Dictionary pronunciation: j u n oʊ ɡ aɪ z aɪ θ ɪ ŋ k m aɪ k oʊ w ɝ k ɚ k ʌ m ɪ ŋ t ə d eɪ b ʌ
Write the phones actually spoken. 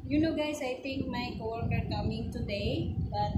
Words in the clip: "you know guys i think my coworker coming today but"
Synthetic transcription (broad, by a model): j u n oʊ ɡ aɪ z aɪ t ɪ ŋ k m aɪ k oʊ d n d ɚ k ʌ m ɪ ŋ t ə d eɪ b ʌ